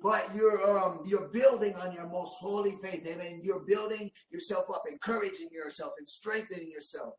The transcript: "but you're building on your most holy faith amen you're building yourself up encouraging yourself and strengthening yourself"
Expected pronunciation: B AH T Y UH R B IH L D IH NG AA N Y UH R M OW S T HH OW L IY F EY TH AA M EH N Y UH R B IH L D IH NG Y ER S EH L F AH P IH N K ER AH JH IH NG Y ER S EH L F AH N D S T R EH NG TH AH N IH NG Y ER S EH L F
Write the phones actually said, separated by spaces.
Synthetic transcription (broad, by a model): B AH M Y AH R B IH L D IH NG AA N Y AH R M OW S T HH OW L IY F EY TH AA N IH N Y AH R B IH L D IH NG Y ER S EH L F AH P IH N K ER AH JH IH NG Y ER S EH L F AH N S T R EH NG TH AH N IH NG Y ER S EH L F